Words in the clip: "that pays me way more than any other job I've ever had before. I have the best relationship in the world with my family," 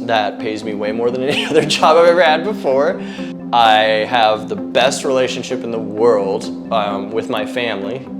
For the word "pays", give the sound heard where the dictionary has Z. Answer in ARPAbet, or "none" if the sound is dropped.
Z